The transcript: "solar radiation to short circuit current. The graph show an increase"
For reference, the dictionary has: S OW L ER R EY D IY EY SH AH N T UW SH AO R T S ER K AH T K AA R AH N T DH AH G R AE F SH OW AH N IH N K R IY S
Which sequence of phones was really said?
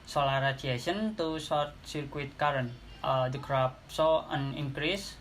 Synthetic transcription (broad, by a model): S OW L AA R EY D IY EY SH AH N T UW S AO R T S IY K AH T K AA R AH N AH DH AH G R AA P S OW AH N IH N K R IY S